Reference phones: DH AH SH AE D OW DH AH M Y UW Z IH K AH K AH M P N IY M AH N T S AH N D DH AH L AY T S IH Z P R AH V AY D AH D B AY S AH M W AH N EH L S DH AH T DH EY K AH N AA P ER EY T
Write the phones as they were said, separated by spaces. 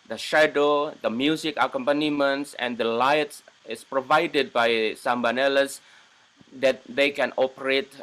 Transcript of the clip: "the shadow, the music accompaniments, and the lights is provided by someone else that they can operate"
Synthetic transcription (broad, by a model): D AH SH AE D OW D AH M Y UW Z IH K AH K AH M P N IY M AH N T S AH N D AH L AY T S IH S P R AH V AY D AH D B AY S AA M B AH N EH L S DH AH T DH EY K AH N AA P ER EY T